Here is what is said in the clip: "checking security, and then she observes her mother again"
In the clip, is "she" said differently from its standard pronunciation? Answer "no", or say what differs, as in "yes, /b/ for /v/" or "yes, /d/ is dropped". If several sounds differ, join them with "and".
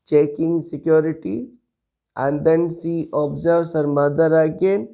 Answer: yes, /s/ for /ʃ/